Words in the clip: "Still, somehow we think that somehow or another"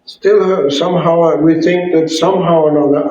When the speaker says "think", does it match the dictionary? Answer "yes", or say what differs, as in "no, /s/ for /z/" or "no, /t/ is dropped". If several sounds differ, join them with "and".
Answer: yes